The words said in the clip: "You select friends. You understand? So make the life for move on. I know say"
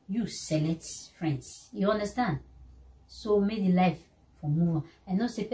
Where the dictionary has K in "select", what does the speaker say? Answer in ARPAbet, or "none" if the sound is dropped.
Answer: none